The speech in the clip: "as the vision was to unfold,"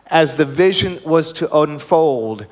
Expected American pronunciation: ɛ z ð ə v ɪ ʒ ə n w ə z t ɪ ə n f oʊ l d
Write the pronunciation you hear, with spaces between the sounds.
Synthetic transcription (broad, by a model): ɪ z ð ə v ɪ ʒ ə n w ə z t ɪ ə n f oʊ l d